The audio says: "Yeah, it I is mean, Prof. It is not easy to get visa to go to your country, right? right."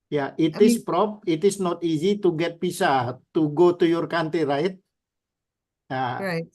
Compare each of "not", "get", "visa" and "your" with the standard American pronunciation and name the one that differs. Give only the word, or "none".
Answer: visa